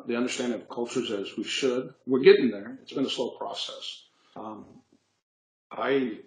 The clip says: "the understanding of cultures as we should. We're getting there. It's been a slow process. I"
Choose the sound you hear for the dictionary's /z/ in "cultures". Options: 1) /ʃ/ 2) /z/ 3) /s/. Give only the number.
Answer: 2